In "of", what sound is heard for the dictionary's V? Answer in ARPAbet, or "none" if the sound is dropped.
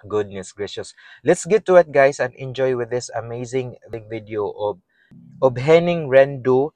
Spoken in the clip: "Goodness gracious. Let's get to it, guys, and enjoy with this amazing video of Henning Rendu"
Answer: B